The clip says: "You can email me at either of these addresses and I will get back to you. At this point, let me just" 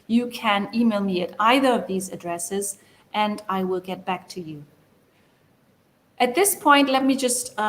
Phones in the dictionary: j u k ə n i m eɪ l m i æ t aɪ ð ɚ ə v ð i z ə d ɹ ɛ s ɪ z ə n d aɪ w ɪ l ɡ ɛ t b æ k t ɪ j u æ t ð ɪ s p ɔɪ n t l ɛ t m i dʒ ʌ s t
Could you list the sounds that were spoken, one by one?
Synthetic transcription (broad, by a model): j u k ə n i m eɪ l m i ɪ t aɪ ð ɚ ə v ð i z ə d ɹ ɛ s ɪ z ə n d aɪ w ɪ l ɡ ɛ t b æ k t ɪ j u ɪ t ð ɪ s p ɔɪ n t l ɛ t m i dʒ ʌ s t